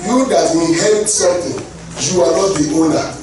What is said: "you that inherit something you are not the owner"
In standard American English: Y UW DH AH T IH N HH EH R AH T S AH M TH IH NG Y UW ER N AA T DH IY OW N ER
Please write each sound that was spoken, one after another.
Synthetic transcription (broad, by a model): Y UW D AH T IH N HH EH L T S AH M T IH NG Y UW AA N AA T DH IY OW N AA